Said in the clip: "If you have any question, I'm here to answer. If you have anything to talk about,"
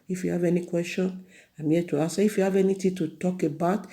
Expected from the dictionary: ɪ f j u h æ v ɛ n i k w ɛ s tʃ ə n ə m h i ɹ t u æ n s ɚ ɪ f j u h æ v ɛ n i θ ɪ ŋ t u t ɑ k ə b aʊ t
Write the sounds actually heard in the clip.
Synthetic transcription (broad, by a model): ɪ f j u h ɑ v ɛ n i k w ɛ s tʃ ə n ə m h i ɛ t u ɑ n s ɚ ɪ f j u h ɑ v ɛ n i t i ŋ t u t ɑ k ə b aʊ t